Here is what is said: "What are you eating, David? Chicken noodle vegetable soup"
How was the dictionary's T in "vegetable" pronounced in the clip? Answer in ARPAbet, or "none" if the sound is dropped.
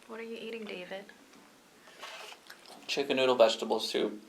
T